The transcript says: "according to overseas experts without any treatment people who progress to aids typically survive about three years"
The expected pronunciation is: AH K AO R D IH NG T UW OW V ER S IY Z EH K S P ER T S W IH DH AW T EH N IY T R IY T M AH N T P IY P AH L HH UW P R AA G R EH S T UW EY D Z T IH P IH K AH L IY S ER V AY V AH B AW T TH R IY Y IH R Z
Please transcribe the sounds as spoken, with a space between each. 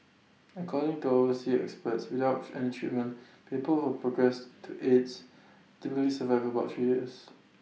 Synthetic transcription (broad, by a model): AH K AO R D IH NG T UW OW ER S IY EH K S P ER T S W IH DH AW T EH N IY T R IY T M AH N P IY P AH L HH UW P R AA G R EH S T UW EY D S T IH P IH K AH L IY S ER V AY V AH B AW T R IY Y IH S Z